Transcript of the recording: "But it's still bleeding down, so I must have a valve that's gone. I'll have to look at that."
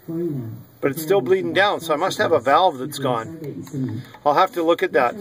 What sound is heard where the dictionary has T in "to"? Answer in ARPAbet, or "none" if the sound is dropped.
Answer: T